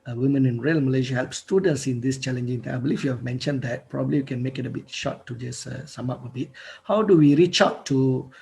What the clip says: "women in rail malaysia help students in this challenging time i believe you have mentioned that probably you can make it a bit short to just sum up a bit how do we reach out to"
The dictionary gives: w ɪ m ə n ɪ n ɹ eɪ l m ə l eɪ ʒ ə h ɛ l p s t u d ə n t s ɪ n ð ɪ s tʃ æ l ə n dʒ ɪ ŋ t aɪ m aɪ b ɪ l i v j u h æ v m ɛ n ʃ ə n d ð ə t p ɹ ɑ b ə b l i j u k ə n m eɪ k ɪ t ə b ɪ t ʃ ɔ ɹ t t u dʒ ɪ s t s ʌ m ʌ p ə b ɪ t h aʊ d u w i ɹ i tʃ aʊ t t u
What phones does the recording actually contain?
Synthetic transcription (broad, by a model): w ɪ m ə n ɪ n ɹ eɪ l m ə l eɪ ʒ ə h ɛ l p s t u d ə n t s ɪ n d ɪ s tʃ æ l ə n dʒ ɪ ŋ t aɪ aɪ b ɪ l i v j u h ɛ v m ɛ n ʃ ə n d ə t p ɹ ɑ b ə b l i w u k ə n m eɪ k ɪ t ə b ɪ t ʃ ɔ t t u dʒ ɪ s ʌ s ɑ m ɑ p ə b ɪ t h aʊ d u w i ɹ i tʃ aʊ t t u